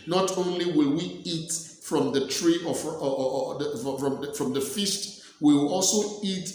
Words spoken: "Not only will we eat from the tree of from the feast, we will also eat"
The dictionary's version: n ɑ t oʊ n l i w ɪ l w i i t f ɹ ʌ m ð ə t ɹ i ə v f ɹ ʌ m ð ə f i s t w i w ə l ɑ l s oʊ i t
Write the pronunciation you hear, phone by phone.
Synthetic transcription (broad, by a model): n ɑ t oʊ n l i w ɪ l w i i t f ɹ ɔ m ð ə t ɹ i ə f f ɹ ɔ m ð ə f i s t w i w ɑ l s oʊ i t